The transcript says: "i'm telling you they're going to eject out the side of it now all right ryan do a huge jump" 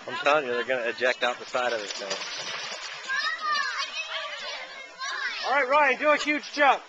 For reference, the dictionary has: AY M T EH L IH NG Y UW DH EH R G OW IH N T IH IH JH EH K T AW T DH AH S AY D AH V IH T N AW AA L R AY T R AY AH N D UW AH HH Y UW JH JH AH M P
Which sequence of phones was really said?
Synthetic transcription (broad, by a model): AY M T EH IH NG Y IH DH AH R G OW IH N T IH IH JH EH K T AW T DH AH S AY D AH V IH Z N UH AA L R AY T R AY AH N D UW AH HH Y UW JH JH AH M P